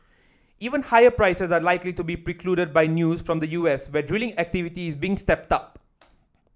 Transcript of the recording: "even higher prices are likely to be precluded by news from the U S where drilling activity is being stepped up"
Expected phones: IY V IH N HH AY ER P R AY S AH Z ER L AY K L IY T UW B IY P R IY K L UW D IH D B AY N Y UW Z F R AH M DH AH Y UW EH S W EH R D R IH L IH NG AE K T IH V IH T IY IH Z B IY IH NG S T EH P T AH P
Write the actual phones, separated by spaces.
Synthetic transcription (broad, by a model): IY V IH N HH AY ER P R AY S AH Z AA L AY K L IY T UW B IY P R IY K L UW D IH D B AY N Y UW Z F R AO M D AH Y UW EH S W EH D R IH L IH NG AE K T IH V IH T IY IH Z B IY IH NG S T EH P T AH P